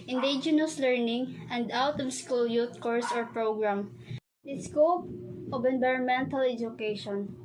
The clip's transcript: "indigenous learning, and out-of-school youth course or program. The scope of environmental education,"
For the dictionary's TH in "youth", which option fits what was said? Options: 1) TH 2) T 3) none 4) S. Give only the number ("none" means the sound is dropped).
2